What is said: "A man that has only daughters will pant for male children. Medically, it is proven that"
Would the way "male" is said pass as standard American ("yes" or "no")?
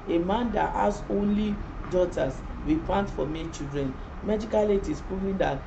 no